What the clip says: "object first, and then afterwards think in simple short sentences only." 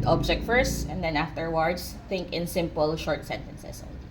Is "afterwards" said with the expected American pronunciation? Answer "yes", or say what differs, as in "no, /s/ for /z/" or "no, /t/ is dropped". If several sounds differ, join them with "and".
no, /s/ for /z/